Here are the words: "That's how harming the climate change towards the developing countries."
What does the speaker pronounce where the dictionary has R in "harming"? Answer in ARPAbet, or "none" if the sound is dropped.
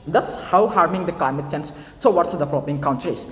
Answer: R